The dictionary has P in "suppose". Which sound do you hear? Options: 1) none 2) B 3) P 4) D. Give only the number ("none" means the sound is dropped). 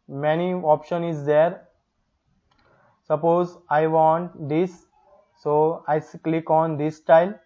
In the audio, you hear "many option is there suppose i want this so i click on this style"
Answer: 3